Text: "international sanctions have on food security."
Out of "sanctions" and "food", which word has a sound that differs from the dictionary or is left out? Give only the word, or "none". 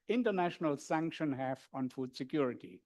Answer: sanctions